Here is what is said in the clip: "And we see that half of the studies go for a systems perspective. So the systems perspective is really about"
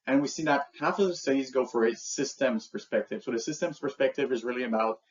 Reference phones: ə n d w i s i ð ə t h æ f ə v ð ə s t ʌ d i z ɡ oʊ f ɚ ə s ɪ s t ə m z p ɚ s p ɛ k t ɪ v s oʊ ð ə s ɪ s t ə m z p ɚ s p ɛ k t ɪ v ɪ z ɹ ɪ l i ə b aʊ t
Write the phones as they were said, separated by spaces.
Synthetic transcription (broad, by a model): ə n w i s i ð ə t h æ f ə v ð ə s t ʌ d i z ɡ oʊ f ɚ ə s ɪ s t ə m z p ɚ s p ɛ k t ɪ v s oʊ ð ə s ɪ s t ə m z p ɚ s p ɛ k t ɪ v ɪ z ɹ ɪ l i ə b aʊ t